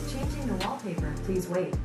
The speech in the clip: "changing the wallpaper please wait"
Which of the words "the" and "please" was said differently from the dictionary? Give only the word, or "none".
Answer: none